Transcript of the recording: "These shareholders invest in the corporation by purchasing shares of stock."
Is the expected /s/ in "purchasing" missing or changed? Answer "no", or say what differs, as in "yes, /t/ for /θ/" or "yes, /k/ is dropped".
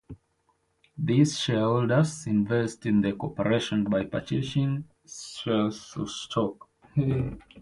yes, /ʃ/ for /s/